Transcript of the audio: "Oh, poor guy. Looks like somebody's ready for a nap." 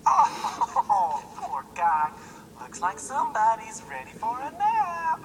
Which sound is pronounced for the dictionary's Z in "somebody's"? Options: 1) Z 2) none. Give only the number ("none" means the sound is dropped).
1